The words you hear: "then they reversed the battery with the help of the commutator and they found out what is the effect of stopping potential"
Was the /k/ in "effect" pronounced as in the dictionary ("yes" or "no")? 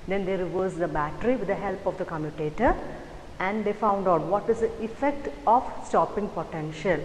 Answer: yes